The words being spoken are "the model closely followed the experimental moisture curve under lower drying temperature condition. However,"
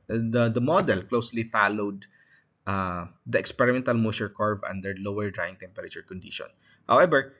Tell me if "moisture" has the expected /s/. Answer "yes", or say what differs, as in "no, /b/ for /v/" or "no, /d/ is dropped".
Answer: no, /s/ is dropped